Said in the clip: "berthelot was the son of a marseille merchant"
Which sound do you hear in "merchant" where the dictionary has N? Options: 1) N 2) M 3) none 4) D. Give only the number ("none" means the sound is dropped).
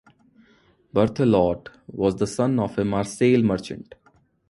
1